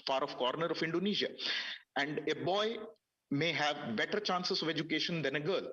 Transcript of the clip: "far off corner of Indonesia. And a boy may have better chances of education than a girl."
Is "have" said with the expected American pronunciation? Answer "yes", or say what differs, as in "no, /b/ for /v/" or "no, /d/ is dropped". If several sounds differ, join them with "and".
yes